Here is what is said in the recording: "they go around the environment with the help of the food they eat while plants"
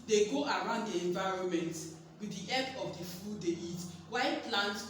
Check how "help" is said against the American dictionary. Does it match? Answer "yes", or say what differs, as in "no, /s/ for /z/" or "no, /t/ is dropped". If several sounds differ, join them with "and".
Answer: no, /l/ is dropped